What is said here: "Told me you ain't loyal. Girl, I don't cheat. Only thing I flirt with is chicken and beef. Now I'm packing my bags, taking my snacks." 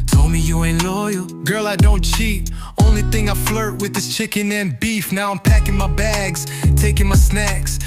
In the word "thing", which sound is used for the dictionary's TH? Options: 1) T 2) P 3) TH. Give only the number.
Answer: 3